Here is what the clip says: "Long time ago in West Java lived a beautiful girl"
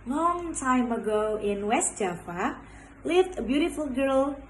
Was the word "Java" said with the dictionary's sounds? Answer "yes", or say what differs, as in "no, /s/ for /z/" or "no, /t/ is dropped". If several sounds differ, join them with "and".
no, /f/ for /v/